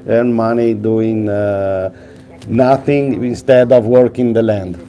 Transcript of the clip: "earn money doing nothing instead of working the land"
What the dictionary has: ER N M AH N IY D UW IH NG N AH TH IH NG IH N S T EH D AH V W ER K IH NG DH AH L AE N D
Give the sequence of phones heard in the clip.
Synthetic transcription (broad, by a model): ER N M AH N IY D UW IH NG N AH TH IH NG IH N S T EH D AH V W ER K IH NG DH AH L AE N D